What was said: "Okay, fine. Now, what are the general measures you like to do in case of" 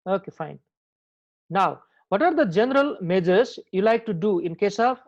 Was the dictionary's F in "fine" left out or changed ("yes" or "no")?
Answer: no